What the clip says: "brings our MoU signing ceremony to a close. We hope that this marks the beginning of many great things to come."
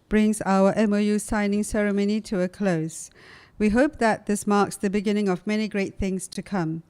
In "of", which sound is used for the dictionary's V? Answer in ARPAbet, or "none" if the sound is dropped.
V